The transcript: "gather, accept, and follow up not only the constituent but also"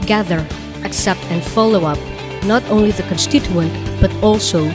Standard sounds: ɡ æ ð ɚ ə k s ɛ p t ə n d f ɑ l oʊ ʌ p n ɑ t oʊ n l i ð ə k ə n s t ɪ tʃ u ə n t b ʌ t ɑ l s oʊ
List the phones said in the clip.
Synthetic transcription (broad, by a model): ɡ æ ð ɚ ə k s ɛ p t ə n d f ɑ l oʊ ʌ p n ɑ t oʊ n l i ð ə k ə n s t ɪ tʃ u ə n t b ʌ t ɑ l s oʊ